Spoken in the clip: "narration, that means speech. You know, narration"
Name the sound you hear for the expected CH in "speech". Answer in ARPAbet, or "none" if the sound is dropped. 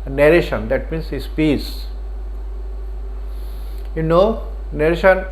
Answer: S